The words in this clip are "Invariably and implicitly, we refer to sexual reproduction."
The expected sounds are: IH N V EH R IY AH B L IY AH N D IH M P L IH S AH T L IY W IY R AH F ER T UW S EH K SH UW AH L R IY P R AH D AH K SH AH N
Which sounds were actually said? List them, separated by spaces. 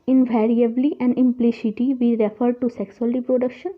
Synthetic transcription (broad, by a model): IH N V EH R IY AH B L IY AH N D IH M P L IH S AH T IY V IY R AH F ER T UW S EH K S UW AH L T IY P R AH D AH K SH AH N